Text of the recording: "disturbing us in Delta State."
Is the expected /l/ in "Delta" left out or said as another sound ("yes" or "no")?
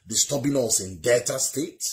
yes